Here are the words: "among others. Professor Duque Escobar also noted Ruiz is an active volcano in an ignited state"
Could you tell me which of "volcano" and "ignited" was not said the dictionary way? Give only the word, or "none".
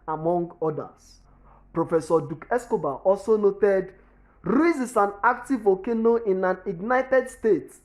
volcano